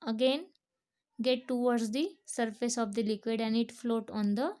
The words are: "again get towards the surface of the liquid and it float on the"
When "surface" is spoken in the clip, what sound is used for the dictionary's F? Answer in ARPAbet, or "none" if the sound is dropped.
F